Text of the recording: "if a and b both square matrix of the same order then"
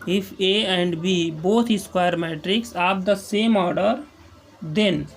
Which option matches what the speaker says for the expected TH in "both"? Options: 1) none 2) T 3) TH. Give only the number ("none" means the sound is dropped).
2